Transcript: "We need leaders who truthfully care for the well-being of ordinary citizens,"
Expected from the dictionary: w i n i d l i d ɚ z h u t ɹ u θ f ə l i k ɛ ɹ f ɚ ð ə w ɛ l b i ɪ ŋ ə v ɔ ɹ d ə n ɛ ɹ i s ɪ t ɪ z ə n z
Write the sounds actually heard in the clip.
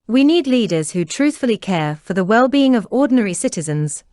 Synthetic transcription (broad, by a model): w i n i d l i d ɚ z h u t ɹ u θ f ə l i k ɛ f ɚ ð ə w ɛ l b i ɪ ŋ ə v ɔ d n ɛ ɹ i s ɪ t ɪ z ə n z